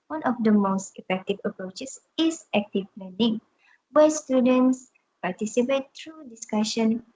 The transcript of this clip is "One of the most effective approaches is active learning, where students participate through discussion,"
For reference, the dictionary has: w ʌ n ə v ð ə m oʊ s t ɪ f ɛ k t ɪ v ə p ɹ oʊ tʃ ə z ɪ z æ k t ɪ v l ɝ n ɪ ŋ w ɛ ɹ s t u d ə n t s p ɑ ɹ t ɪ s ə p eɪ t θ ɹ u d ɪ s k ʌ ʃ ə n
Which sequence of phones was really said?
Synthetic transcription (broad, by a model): w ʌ n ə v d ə m oʊ s t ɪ f ɛ k t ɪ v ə p ɹ oʊ tʃ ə s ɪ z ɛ k t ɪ p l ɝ n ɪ ŋ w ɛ s t u d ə n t s p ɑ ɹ t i s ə p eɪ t t ɹ u d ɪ s k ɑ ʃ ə n